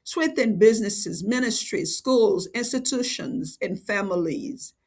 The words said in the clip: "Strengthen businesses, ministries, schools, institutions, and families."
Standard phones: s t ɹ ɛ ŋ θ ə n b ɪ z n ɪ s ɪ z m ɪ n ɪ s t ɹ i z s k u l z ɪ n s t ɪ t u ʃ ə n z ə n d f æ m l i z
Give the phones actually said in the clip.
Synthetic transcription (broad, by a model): s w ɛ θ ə n b ɪ z n ɪ s ɪ z m ɪ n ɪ s t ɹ i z s k u l z ɪ n s t ɪ t u ʃ ə n z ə n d f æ m l i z